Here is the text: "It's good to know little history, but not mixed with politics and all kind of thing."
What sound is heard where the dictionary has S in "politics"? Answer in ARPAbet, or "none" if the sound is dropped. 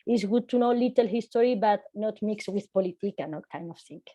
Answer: none